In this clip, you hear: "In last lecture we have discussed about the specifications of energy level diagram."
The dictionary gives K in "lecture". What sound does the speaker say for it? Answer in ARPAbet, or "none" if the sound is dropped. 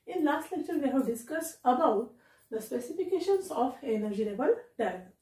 none